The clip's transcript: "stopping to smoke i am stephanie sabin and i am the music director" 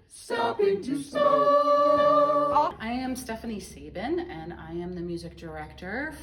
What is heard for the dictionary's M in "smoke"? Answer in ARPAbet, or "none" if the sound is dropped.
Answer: none